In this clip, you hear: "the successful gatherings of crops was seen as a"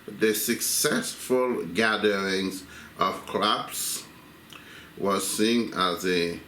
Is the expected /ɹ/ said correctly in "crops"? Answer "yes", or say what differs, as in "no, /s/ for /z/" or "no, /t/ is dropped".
no, /l/ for /ɹ/